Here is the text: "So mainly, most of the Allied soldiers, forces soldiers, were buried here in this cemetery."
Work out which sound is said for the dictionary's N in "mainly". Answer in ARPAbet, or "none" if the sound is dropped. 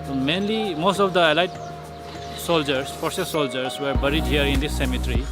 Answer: N